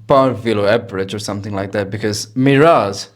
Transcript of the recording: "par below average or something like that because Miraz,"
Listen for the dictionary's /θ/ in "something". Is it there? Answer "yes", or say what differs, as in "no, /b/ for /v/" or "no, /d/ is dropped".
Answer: yes